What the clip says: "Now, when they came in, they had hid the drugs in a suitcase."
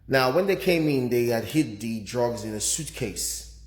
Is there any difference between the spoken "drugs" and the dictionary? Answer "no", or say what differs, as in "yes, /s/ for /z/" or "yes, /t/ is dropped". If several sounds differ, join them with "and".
no